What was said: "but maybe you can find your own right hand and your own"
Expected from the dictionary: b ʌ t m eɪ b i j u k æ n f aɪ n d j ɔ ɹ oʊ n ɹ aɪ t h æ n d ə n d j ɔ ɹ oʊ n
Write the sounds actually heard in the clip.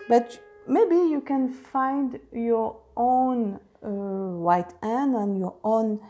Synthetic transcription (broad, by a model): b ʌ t m eɪ b i j u k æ n f aɪ n d j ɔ ɹ oʊ n w aɪ t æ n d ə n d j ɔ ɹ oʊ n